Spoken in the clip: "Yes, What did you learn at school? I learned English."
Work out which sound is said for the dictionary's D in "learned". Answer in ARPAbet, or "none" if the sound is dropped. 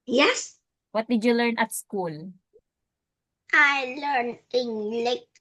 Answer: none